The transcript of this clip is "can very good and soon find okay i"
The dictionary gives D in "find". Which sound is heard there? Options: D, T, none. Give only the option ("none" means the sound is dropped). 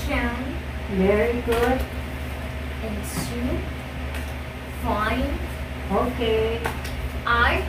none